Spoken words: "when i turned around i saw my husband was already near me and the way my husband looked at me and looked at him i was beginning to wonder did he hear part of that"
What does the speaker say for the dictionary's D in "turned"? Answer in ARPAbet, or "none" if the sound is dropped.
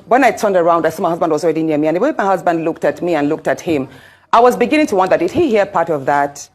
D